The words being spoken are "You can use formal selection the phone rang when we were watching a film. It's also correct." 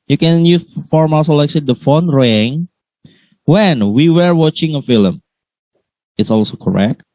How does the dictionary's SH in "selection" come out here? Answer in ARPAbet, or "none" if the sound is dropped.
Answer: S